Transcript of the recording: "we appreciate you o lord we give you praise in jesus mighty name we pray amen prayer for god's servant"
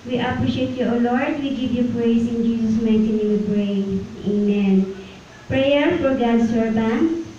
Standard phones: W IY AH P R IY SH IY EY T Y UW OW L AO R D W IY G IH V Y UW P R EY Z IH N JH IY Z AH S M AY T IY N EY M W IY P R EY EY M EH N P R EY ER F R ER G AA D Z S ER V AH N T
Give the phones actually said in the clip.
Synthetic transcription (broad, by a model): W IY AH P R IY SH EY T Y UW OW L AO R D W IY G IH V Y UW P R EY S IH N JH IY S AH S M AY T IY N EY W IY P R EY EY M EH N P R EY ER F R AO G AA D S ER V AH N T